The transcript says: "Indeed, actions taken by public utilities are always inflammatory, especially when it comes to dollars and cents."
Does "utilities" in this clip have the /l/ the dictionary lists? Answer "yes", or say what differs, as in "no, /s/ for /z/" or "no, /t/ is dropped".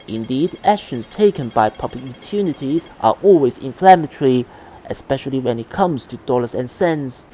no, /n/ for /l/